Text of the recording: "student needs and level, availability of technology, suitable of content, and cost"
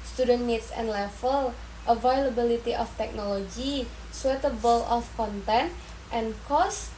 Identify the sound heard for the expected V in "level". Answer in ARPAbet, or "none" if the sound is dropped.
F